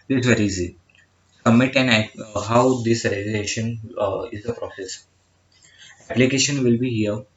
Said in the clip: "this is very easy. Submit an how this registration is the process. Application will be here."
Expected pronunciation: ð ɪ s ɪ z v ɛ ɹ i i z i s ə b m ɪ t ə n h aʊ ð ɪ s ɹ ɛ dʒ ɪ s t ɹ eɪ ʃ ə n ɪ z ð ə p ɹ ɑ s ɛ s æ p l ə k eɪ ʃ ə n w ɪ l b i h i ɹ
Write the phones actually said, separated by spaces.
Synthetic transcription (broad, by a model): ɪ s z v ɛ ɹ i i z i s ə m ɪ t ə n h aʊ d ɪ s ɹ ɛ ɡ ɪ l eɪ ʃ ə n ɪ z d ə p ɹ ɑ s ɛ s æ p l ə k eɪ ʃ ə n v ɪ l b i h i ɹ